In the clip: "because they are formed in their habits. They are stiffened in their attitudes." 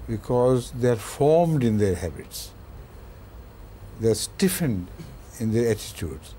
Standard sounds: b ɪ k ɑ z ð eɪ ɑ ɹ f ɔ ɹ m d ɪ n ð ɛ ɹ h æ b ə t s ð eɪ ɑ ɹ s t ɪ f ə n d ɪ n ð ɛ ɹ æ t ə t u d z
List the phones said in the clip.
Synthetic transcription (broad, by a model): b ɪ k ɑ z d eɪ ɑ ɹ f ɔ ɹ m d ɪ n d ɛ ɹ h æ b ə t s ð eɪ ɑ ɹ s t ɪ f ə n d ɪ n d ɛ ɹ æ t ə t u d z